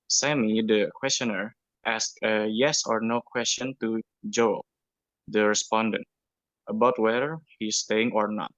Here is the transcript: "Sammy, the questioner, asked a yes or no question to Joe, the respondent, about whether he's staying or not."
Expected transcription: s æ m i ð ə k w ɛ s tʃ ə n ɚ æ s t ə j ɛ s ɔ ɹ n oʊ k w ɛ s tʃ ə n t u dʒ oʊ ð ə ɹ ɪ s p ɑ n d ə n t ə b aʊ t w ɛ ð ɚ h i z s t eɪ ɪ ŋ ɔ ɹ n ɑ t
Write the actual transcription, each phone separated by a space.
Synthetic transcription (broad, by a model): s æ m i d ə k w ɛ s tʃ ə n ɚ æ s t ə j ɛ s ɔ ɹ n oʊ k w ɛ s tʃ ə n t u dʒ oʊ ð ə ɹ ɪ s p ɑ n d ə n t ə b aʊ t w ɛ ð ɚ h i s t eɪ ɪ ŋ ɔ ɹ n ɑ t